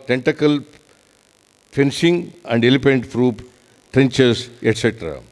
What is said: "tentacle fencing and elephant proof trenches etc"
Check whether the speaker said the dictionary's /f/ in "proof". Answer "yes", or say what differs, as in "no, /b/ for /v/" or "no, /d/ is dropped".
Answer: no, /p/ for /f/